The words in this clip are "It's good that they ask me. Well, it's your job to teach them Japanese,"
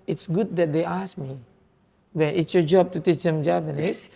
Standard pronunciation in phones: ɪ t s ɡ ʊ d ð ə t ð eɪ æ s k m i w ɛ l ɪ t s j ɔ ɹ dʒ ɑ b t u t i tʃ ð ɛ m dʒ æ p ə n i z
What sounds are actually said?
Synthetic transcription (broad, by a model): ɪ t s ɡ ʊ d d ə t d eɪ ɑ s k m i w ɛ n ɪ t s j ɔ dʒ ɑ b t u t i tʃ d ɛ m dʒ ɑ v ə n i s